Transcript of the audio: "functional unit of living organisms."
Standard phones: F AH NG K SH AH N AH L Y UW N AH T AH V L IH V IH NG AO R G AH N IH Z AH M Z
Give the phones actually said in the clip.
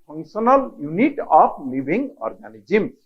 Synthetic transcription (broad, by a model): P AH NG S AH N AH L Y UW N AH T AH P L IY B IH NG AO R G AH N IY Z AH M